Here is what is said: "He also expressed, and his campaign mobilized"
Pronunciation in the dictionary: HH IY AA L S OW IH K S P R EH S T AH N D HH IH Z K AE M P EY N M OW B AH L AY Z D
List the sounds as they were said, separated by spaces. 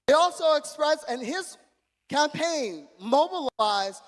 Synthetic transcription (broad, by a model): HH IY AA L S OW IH K S P R EH S AH N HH IH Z K AE M P EY N M OW B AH L AY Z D